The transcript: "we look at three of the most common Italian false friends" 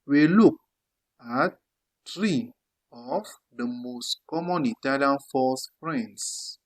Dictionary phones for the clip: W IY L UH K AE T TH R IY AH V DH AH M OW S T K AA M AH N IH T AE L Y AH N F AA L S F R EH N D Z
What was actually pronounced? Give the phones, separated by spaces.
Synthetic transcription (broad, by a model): W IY L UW K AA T T R IY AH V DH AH M OW S T K AA M AH N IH T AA L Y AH N F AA S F R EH N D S